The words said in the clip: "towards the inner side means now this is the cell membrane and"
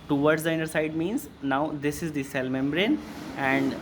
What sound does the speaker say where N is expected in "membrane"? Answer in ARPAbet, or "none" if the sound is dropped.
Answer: N